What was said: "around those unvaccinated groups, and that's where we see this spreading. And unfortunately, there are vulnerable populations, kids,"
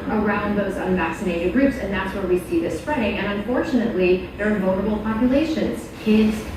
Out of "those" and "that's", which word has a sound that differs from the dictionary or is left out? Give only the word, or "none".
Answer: none